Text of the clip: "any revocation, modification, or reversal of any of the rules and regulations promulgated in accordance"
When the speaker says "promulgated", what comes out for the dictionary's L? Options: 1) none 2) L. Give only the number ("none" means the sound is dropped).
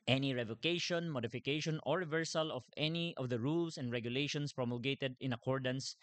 2